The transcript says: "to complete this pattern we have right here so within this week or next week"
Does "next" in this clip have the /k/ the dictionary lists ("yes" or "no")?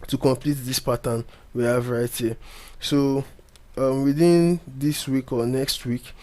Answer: yes